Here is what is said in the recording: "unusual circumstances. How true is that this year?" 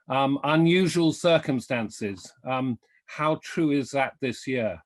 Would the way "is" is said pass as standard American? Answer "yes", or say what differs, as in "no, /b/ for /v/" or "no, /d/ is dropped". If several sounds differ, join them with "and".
yes